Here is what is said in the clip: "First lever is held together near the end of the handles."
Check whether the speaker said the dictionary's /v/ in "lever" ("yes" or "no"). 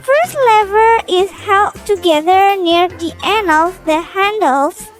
yes